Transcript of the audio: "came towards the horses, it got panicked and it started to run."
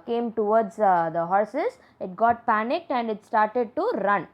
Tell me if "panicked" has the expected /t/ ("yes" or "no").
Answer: yes